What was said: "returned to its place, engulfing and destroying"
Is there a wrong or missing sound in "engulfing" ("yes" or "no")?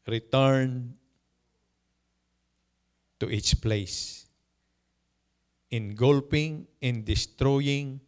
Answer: yes